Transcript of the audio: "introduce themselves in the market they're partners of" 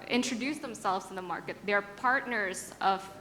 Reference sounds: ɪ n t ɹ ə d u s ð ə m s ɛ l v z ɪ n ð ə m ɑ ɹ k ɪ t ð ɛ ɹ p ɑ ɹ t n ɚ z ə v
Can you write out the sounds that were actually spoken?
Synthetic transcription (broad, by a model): ɪ n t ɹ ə d u s ð ə m s ɛ l v z n ð ə m ɑ ɹ k ɪ t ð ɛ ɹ p ɑ ɹ t n ɚ z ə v